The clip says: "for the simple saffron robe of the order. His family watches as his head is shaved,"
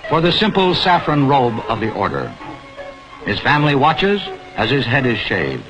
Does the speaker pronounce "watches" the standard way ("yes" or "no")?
yes